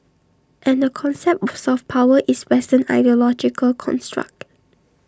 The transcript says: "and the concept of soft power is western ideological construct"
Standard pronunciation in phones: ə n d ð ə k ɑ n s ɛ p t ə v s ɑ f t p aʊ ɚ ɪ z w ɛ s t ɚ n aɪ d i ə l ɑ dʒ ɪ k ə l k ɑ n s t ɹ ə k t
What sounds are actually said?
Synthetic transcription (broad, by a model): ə n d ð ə k ɑ n s ɛ p t s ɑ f p aʊ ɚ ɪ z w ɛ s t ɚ n aɪ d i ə l ɑ dʒ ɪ k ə l k ɑ n s t ɹ ə k t